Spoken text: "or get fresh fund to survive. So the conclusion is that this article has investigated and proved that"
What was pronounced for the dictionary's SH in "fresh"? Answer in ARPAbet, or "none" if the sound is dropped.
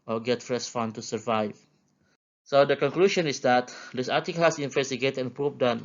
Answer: S